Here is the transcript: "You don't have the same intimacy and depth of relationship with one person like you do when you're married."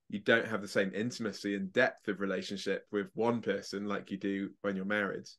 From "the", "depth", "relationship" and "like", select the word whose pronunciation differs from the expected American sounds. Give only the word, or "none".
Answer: none